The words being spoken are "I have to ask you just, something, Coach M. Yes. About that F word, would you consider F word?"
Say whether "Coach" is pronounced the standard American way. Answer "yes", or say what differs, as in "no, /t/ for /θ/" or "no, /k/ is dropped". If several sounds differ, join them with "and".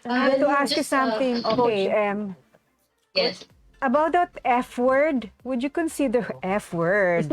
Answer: no, /tʃ/ is dropped